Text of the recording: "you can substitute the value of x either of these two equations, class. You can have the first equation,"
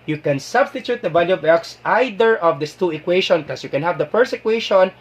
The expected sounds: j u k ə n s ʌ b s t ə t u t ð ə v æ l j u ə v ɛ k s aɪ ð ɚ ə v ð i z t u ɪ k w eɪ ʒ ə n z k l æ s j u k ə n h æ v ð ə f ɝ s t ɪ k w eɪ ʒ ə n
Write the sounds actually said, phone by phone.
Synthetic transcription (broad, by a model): j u k ə n s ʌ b s t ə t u t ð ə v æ l j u ə v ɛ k s aɪ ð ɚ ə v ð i s t u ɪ k w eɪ ʃ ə n k ɔ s j u k ə n h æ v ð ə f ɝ s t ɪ k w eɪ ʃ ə n